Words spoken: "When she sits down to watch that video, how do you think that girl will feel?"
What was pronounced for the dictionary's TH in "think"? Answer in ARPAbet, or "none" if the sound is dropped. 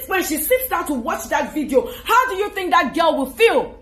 TH